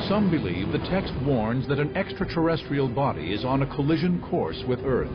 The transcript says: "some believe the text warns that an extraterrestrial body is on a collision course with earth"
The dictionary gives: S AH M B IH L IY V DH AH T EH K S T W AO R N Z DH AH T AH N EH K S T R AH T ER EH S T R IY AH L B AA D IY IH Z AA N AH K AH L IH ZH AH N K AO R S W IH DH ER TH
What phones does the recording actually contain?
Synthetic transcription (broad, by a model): S AH M B IH L IY V DH AH T EH K S T W AO R N Z DH AH T AH N EH K S T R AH T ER EH S T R IY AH L B AA D IY IH Z N AH K AH L IH ZH AH N K AO R S W IH DH ER TH